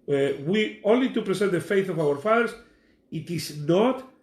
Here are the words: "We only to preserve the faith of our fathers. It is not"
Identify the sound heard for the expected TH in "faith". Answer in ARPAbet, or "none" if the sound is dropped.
TH